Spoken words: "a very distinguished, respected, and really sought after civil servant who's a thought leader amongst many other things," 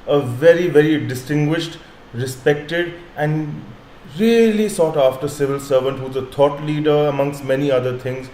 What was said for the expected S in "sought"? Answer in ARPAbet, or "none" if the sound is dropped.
S